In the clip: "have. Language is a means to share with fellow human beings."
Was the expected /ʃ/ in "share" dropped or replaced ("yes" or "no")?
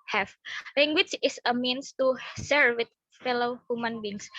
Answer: yes